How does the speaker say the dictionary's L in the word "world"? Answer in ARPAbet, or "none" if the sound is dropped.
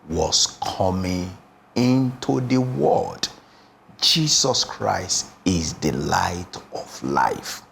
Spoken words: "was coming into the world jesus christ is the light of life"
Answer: none